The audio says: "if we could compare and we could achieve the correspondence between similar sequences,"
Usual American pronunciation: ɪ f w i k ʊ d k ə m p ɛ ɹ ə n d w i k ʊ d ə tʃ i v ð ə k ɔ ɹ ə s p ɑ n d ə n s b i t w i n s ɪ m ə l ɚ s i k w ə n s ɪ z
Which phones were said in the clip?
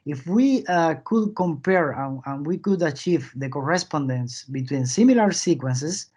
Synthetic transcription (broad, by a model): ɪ f w i k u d k ə m p ɛ ɹ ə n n w i k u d ə tʃ i v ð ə k ɔ ɹ ə s p ɑ n d ə n s b i t w i n s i m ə l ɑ s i k w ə n s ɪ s